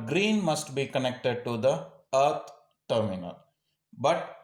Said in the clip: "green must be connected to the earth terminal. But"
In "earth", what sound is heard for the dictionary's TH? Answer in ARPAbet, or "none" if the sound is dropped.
T